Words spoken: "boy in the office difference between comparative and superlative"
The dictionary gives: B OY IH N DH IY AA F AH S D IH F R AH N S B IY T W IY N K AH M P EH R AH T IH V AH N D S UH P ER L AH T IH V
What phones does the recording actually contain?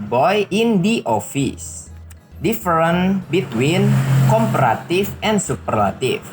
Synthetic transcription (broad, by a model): B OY IH N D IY AA F AH S D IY F R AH N B IY T W IY N K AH M P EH R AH T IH F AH N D S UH P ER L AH T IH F